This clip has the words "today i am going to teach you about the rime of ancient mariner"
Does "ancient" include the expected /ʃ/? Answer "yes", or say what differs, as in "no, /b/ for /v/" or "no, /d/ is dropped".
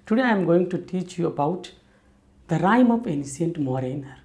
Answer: no, /s/ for /ʃ/